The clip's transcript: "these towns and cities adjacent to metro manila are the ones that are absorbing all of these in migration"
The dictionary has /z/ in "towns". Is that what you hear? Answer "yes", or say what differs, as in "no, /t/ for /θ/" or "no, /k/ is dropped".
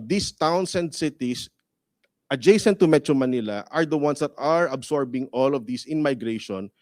no, /s/ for /z/